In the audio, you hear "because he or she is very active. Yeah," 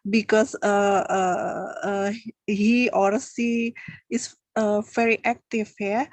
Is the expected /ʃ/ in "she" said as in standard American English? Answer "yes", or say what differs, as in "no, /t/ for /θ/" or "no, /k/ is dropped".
no, /s/ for /ʃ/